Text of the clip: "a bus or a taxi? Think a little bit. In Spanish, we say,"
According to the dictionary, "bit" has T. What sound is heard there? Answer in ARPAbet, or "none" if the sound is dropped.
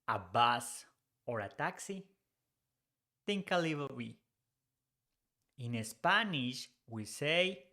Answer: none